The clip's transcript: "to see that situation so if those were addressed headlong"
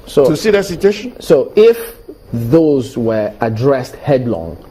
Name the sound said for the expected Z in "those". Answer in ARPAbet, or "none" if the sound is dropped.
Z